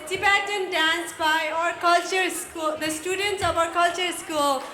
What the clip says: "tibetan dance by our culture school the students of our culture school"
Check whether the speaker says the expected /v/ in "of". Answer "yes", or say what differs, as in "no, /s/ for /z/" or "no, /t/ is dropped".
no, /p/ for /v/